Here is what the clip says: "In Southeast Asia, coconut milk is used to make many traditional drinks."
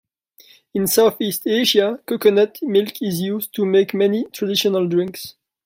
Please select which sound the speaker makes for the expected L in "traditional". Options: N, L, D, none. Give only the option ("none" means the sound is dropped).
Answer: L